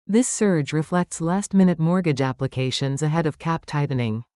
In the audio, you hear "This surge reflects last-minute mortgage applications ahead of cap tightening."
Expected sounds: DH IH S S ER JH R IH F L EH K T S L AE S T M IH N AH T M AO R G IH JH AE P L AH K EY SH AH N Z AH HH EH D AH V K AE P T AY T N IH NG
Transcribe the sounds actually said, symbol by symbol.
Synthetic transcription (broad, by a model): DH IH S S ER JH R IH F L EH K T S L AE S T M IH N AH T M AO R G IH JH AE P L AH K EY SH AH N Z AH HH EH D AH V K AE P T AY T N IH NG